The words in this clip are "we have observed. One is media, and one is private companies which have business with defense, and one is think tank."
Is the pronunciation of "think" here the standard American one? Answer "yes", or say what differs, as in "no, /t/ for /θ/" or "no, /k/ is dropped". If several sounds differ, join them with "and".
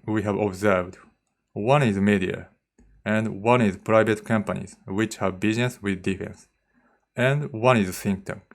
no, /s/ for /θ/